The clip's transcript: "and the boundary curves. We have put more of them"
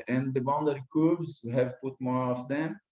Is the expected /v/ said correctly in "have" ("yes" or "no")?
yes